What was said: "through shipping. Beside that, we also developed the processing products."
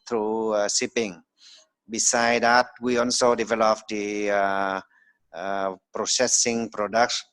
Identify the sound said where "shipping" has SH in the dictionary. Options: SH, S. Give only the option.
S